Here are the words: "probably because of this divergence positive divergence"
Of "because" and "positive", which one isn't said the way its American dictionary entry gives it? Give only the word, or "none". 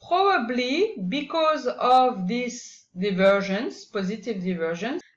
none